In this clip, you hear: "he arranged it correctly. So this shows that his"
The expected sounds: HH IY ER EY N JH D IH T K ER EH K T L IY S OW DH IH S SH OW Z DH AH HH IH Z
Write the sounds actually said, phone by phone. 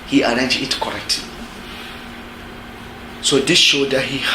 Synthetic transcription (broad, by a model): HH IY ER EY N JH IH T K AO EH K T L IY S OW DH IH S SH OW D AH HH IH